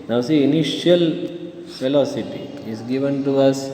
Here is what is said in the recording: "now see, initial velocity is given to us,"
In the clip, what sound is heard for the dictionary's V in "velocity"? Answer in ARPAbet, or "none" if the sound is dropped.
F